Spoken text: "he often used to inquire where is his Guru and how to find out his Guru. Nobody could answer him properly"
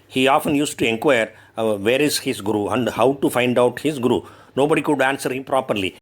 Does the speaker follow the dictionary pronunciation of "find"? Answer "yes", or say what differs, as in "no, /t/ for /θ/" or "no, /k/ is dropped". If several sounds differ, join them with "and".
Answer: yes